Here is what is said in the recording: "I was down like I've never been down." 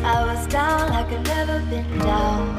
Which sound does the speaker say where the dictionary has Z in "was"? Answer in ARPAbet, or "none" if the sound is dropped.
Z